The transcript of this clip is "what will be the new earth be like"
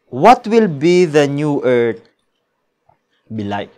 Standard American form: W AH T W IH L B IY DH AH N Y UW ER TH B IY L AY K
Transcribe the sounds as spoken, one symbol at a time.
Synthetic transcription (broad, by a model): W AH T W IH L B IY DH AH N Y UW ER T B IY L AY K